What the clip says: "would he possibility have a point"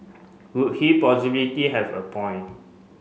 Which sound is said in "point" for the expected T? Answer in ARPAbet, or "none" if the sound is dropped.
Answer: none